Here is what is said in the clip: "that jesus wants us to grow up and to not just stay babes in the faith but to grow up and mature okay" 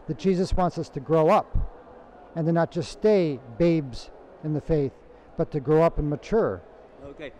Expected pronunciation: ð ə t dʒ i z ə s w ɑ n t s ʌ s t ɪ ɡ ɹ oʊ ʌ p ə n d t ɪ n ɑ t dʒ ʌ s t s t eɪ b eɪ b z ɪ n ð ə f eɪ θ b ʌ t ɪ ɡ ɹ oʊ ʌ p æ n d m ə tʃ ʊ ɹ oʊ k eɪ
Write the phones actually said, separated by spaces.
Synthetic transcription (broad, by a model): ð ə t dʒ i z ə s w ɑ n t s ʌ s t ɪ ɡ ɹ oʊ ʌ p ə n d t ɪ n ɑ t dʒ ʌ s s t eɪ b eɪ b z ɪ n ð ə f eɪ θ b ʌ t ɪ ɡ ɹ oʊ ʌ p n m ə tʃ ʊ ɹ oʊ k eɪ